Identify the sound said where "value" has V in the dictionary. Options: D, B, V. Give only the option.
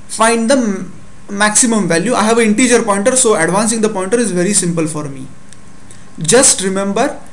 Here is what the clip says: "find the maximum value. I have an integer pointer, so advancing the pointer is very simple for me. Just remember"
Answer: V